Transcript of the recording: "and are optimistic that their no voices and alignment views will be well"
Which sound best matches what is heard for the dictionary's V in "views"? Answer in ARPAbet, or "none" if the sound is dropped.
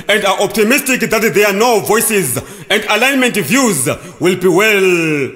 V